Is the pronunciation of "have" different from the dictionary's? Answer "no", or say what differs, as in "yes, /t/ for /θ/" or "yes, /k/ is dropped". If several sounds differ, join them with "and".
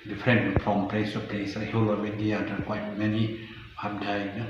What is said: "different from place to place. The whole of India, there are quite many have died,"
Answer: yes, /p/ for /v/